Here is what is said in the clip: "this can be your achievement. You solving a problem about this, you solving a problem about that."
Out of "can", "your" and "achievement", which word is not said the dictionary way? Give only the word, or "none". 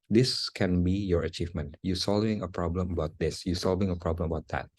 none